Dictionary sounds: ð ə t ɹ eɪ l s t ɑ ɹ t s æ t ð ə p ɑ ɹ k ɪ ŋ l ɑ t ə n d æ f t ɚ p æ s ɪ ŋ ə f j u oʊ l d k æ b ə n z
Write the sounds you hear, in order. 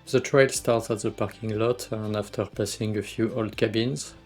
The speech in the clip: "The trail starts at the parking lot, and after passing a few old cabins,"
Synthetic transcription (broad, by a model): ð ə t ɹ eɪ l s t ɑ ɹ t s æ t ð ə p ɑ ɹ k ɪ ŋ l ɑ t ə n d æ f t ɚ p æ s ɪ ŋ ə f j u oʊ l d k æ b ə n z